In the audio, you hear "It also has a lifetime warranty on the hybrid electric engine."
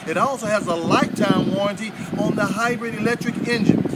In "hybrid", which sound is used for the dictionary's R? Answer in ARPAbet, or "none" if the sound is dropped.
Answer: R